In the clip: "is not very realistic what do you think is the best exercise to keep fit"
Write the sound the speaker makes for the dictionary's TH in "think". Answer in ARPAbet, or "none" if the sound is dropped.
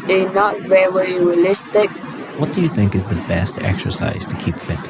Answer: TH